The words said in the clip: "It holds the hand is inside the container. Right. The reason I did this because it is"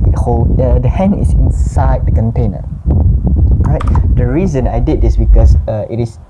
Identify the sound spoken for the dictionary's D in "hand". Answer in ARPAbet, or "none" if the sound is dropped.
none